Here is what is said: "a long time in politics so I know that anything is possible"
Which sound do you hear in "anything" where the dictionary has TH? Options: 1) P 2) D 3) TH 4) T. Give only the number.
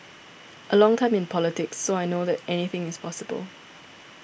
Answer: 3